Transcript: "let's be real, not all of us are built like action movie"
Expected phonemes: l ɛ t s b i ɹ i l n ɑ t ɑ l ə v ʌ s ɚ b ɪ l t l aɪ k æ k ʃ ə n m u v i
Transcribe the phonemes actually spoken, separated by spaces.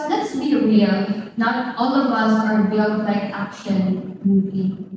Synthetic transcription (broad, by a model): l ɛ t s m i ɹ i l n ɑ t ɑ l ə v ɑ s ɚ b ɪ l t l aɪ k æ k ʃ ə n m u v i